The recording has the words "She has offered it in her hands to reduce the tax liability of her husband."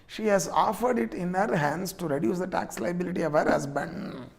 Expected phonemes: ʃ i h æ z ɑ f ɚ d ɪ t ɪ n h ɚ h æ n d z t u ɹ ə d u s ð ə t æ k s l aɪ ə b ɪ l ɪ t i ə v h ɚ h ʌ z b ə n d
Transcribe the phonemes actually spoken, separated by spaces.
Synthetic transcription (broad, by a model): ʃ i h æ z ɑ f ɚ d ɪ t ɪ n h ɚ h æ n d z t u ɹ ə d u s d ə t æ k s l aɪ ə b ɪ l ɪ t i ə v h ɚ h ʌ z b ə n d